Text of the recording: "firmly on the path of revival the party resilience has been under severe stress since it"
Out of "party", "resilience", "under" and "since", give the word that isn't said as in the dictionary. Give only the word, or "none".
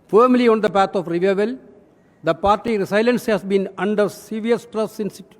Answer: resilience